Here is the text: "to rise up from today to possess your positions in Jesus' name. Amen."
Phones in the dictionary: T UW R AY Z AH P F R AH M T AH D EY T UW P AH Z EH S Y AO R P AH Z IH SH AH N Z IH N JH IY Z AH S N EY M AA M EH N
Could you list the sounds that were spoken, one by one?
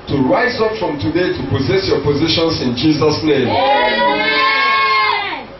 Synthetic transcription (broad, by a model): T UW R AY Z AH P F R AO M T AH D EY T UW P AH Z EH S Y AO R P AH Z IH SH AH N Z IH N JH IY Z AH S N EY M M